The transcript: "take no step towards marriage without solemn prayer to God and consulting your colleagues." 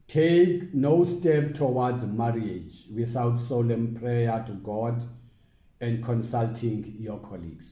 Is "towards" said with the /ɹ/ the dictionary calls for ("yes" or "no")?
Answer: no